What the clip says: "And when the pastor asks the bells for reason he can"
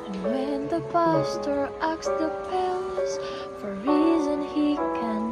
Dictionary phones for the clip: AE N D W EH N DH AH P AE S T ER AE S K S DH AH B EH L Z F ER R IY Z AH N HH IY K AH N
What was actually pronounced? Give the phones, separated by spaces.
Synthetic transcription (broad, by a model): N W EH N DH AH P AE S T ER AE K S DH AH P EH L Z F ER R IY Z AH N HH IY K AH N